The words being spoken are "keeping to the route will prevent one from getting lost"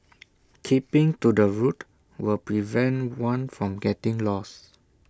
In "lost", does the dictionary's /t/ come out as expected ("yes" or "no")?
no